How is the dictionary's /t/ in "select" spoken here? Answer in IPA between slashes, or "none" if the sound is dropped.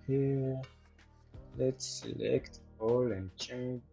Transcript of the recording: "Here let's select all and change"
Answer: /t/